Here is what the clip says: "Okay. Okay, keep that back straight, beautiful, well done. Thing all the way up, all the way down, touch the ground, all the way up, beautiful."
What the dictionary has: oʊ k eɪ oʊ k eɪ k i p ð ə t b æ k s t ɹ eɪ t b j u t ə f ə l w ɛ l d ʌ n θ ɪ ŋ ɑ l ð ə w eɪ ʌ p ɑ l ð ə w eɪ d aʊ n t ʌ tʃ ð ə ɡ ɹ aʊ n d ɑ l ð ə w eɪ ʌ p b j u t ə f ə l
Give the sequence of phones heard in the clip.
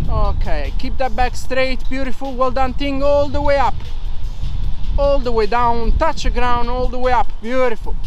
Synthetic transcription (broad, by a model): oʊ k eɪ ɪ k k i p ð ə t b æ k s t ɹ eɪ t b j u t ə f ə l w ɛ l d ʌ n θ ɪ ŋ ɑ l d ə w eɪ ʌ p ɑ l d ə w eɪ d aʊ n t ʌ tʃ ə ɡ ɹ aʊ n ɑ l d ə w eɪ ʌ p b j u t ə f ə l